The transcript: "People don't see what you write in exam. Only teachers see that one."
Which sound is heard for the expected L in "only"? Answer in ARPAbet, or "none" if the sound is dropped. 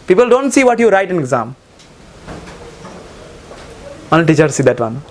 none